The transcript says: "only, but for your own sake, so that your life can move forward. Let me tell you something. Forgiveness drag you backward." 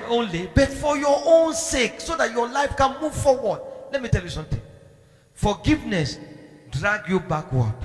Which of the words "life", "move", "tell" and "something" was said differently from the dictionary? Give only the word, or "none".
something